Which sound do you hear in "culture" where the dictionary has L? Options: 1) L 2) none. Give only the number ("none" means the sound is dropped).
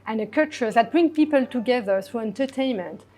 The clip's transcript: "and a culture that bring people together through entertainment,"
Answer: 2